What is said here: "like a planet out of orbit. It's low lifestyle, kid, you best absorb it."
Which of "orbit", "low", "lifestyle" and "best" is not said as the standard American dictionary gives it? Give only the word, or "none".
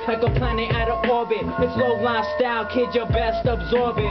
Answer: lifestyle